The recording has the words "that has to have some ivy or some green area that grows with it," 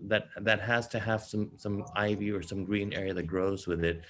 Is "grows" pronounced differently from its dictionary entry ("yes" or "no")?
no